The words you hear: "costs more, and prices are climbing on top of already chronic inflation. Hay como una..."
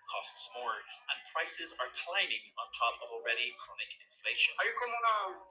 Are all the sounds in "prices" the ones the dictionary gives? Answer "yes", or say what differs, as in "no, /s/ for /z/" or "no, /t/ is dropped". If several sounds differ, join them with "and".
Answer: yes